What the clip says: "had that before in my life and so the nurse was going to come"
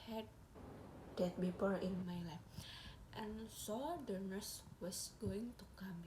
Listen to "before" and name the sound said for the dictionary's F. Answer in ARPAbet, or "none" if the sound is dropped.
P